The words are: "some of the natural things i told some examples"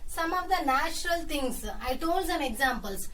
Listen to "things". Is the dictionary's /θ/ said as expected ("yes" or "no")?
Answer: no